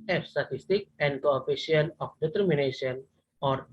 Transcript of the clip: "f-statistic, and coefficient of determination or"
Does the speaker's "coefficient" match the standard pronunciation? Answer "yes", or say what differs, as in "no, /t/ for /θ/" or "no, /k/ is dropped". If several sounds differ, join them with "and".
no, /t/ is dropped